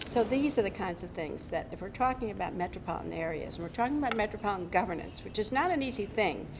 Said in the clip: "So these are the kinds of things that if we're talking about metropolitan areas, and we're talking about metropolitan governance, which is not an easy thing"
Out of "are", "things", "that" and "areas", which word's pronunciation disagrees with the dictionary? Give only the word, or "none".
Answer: none